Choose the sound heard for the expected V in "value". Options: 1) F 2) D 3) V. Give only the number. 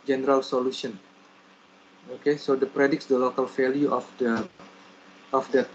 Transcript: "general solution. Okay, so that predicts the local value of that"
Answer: 1